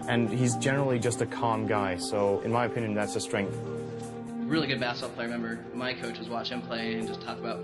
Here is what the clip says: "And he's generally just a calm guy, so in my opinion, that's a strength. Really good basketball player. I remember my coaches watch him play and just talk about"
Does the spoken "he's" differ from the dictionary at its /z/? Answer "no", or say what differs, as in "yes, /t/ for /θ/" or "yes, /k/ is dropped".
no